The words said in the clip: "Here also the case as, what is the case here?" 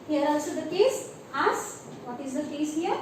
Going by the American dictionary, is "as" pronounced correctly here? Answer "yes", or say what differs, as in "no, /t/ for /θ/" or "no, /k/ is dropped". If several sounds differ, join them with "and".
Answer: no, /s/ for /z/